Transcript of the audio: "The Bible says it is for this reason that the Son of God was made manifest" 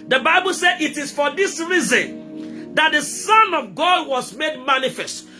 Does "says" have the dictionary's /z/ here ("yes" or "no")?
no